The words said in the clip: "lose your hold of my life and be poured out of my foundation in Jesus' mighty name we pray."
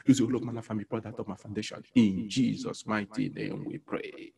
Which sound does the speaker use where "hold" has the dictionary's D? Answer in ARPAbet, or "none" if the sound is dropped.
none